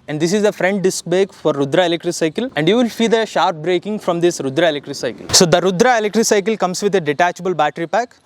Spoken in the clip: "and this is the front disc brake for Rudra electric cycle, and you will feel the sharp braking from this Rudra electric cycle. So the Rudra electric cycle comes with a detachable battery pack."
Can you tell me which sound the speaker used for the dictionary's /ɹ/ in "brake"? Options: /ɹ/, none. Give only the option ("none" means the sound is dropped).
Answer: none